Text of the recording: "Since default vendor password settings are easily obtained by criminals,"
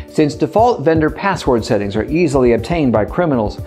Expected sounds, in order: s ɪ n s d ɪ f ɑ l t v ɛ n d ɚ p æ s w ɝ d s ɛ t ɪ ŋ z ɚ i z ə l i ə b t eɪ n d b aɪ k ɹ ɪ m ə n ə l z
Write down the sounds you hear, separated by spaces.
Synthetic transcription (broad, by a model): s ɪ n s d ɪ f ɑ l t v ɛ n d ɚ p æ s w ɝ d s ɛ t ɪ ŋ z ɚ i z l i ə b t eɪ n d b aɪ k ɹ ɪ m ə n l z